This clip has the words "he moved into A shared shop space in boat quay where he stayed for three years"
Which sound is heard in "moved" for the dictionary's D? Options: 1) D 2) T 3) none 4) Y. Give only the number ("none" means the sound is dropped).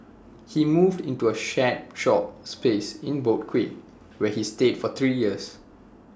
1